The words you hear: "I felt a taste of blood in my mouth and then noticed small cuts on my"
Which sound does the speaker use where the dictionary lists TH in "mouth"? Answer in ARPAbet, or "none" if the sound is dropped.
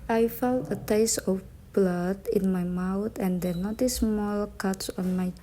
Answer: T